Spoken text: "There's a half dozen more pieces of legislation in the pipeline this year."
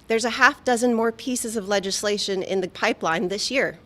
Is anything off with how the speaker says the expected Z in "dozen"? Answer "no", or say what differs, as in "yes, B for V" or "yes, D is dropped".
no